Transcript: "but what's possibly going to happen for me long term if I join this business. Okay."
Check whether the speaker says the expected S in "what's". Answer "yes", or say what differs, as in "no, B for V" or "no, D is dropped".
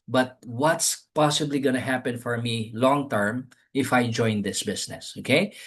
yes